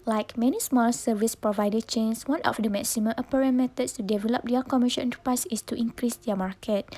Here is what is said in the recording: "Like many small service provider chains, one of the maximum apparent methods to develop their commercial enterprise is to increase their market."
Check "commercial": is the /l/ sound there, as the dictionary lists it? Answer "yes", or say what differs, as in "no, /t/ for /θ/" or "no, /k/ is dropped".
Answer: no, /n/ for /l/